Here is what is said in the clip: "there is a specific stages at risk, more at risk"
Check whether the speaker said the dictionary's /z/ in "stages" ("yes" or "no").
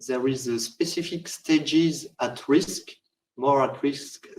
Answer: yes